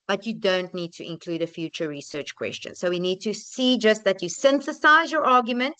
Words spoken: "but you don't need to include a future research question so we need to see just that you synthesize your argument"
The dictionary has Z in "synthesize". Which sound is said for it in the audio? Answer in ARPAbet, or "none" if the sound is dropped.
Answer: Z